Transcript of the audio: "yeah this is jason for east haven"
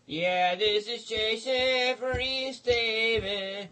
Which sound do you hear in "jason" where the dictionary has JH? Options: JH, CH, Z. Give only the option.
CH